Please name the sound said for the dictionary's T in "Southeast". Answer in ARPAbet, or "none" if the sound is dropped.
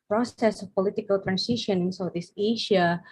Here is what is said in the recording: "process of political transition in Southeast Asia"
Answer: none